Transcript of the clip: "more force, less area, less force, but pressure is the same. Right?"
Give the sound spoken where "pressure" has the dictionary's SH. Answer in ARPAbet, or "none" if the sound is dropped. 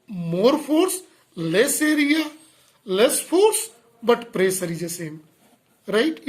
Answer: S